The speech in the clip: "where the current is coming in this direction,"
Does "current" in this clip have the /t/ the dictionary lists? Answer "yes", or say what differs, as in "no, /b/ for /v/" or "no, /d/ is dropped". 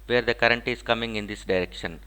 yes